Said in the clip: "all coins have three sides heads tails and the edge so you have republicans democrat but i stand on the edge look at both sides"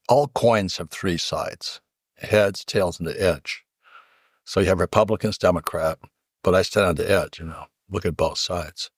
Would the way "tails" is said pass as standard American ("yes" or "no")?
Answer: yes